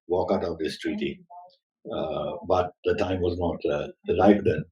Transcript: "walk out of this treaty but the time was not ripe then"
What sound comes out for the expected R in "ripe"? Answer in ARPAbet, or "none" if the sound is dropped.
L